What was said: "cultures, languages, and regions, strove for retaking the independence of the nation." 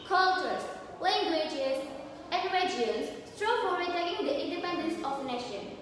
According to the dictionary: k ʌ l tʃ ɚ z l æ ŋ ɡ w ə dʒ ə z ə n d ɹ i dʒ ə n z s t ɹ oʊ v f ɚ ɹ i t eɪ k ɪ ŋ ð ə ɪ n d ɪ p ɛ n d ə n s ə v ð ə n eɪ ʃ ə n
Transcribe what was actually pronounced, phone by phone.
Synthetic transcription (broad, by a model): k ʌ l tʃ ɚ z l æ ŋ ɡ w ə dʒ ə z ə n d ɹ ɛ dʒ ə z s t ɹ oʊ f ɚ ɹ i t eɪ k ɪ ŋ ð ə ɪ n d ɪ p ɛ n d ə n s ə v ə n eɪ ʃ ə n